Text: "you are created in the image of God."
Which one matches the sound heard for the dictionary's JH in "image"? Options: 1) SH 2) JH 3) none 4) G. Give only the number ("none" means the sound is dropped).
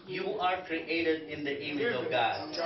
3